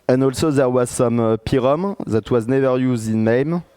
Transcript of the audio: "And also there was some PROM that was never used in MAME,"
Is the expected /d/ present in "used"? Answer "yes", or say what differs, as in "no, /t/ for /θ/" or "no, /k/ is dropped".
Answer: yes